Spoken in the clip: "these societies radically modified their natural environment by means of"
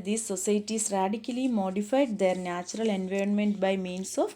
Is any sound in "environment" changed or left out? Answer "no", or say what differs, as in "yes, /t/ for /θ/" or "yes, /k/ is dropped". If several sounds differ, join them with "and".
no